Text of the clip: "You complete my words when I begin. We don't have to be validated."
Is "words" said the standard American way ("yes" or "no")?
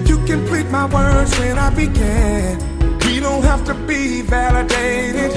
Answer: yes